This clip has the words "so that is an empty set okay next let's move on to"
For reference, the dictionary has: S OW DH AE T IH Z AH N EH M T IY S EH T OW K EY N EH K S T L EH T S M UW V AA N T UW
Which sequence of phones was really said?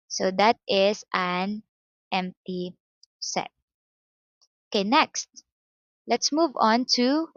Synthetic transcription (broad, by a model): S OW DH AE T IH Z AH N EH M T IY S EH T OW K EY N EH K S T L EH T S M UW V AA N T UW